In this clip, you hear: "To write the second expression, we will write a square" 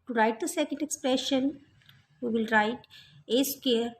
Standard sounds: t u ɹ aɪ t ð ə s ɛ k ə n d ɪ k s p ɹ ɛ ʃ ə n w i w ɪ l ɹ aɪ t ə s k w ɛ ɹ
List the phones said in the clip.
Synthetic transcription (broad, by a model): t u ɹ aɪ t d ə s ɛ k ə n d ɪ k s p ɹ ɛ ʃ ə n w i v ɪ l ɹ aɪ t ə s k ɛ ɹ